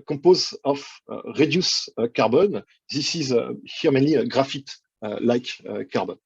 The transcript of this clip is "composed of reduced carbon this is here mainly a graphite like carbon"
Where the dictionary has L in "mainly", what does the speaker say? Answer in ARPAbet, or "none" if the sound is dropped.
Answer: none